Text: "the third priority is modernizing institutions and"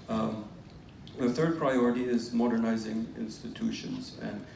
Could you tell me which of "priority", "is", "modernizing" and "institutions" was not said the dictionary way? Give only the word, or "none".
none